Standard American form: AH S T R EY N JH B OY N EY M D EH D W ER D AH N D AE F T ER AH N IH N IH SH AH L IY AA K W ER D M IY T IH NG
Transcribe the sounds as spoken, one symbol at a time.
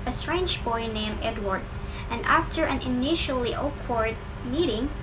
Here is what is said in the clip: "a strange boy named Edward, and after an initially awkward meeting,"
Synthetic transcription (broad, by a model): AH S T R EY N JH B OY N EY M EH D W ER D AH N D AE F T ER AH N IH N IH SH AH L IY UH K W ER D M IY T IH NG